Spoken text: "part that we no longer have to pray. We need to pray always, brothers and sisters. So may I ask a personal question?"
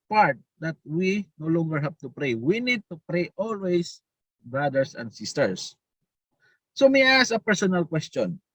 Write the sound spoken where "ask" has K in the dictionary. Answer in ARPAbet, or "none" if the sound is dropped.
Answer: none